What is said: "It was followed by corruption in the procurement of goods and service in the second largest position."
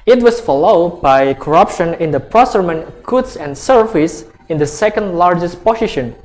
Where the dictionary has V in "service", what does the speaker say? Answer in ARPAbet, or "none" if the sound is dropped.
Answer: F